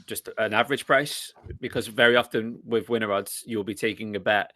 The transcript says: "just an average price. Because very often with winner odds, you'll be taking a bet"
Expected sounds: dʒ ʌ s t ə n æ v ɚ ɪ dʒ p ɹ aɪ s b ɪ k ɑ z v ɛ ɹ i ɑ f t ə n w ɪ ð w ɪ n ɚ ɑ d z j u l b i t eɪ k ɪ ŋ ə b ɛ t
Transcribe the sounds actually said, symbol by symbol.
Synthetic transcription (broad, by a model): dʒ ʌ s t ə n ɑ v ɚ ɪ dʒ p ɹ aɪ s b ɪ k ɑ z v ɛ ɹ i ɑ f t ə n w ɪ ð w ɪ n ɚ ɑ d z j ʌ l b i t eɪ k ɪ ŋ ə b ɛ t